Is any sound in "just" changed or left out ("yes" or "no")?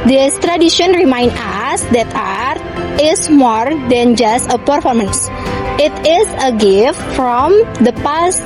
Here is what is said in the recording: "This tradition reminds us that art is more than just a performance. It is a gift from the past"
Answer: no